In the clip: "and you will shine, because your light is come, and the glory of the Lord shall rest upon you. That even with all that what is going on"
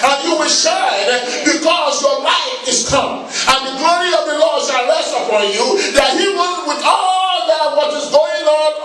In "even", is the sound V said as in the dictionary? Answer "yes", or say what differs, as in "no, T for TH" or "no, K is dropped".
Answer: no, W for V